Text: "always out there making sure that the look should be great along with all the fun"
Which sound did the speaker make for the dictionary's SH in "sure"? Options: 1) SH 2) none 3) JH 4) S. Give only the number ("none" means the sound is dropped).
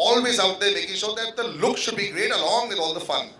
4